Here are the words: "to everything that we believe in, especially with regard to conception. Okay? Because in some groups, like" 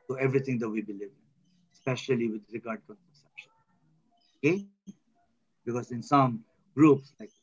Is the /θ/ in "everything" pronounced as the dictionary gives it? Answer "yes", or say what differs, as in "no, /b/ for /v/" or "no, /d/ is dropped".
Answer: no, /t/ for /θ/